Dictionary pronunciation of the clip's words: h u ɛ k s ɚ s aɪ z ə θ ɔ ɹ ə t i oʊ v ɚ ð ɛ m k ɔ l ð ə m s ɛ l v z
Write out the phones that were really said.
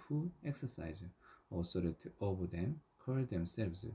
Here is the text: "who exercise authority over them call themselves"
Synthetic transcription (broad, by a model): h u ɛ k s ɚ s aɪ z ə s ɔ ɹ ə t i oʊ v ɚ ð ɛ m k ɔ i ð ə m s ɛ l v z